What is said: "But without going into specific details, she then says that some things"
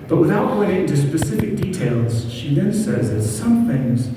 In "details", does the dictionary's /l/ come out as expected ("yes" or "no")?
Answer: yes